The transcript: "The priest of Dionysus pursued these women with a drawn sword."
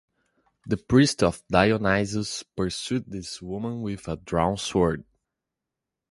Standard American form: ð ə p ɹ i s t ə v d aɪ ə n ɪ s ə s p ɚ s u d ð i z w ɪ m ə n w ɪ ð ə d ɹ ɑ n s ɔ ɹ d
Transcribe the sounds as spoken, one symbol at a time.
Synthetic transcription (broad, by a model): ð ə p ɹ i s t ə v d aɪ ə n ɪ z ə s p ɚ s u d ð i s w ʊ m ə n w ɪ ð ə d ɹ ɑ n s ɔ ɹ d